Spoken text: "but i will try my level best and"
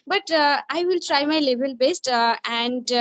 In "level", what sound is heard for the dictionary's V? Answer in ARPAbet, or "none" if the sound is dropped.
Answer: B